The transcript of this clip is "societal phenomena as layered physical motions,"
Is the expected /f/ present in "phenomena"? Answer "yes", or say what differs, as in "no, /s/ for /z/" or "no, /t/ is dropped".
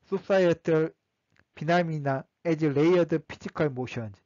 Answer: no, /p/ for /f/